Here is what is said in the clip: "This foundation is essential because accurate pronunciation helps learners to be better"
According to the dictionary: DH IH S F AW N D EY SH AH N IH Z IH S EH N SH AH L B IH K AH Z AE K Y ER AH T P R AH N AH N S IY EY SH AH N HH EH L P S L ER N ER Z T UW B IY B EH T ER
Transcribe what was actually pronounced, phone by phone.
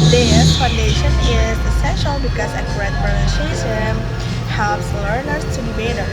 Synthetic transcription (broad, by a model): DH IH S F AW N D EY SH AH N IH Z IH S EH N SH AH L B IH K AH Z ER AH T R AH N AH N IY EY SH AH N HH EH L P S L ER N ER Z T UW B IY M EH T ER